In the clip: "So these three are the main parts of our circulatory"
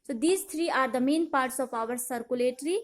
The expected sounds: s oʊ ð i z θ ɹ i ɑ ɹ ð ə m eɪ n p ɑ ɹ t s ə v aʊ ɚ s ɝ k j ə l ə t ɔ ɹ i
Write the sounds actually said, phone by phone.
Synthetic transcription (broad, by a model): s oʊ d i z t ɹ i ɑ ɹ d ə m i n p ɑ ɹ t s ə p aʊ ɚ s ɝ k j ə l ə t ɹ i